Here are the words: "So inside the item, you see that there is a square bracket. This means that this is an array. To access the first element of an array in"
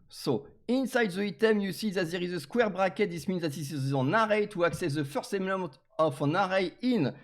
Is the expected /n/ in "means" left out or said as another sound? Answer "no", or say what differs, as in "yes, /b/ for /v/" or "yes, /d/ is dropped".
no